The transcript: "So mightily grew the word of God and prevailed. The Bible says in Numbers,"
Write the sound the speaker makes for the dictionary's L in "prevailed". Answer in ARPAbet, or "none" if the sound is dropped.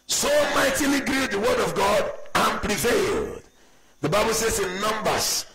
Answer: L